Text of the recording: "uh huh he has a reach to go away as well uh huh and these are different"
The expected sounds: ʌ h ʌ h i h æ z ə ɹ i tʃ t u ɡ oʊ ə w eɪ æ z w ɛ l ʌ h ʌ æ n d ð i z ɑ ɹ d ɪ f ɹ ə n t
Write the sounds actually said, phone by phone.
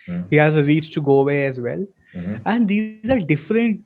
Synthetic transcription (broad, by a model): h h i h æ z ə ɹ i s t u ɡ oʊ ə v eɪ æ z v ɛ l æ n d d i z ɑ ɹ d ɪ f ɹ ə n t